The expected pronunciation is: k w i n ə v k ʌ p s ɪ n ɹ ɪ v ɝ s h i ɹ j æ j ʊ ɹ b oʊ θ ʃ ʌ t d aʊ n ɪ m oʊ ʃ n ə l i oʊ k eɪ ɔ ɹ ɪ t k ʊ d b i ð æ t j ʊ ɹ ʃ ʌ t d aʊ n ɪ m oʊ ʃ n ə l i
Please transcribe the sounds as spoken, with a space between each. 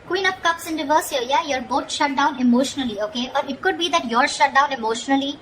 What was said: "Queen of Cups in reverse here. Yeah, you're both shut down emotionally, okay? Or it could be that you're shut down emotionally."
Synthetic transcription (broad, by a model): k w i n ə p k ʌ p s ɪ n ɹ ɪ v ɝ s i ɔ j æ j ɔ ɹ b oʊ t ʃ ʌ t d aʊ n ɪ m oʊ ʃ n ə l i oʊ k eɪ ɔ ɹ ɪ t k ʊ d b i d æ t j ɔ ɹ ʃ ʌ t d aʊ n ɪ m oʊ ʃ n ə l i